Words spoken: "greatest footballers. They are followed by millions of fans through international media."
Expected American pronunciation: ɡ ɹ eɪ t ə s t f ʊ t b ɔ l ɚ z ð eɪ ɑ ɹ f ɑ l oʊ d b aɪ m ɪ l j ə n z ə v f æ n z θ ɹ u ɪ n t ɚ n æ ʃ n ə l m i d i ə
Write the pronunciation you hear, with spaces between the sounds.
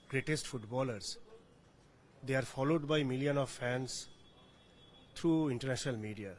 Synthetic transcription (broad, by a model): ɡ ɹ eɪ t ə s t f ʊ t b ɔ l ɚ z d eɪ ɑ ɹ f ɑ l oʊ d b aɪ m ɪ l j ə n ə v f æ n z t ɹ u ɪ n t ɚ n æ ʃ n ə l m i d i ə